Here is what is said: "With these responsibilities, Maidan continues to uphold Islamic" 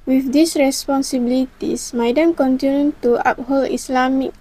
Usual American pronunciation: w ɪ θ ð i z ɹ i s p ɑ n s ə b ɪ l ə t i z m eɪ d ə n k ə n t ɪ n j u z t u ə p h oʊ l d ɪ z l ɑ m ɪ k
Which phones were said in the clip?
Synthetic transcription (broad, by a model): w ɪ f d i s ɹ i s p ɑ n s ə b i l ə t i s m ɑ d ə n k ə n t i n j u t u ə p h oʊ l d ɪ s l ɑ m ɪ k